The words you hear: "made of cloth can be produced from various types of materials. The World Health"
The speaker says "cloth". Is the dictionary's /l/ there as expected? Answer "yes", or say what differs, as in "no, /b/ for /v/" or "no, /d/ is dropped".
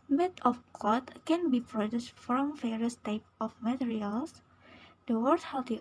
no, /l/ is dropped